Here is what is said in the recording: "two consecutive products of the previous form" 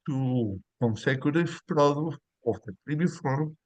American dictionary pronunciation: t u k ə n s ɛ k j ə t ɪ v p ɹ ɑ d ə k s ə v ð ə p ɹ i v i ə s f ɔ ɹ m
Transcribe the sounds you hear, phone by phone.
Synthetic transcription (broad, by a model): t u k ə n s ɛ k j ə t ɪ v p ɹ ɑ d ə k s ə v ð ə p ɹ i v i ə f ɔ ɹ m